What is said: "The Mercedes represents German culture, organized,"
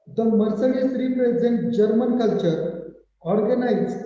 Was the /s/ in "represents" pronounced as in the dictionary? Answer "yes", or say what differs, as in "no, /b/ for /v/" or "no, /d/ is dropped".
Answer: no, /s/ is dropped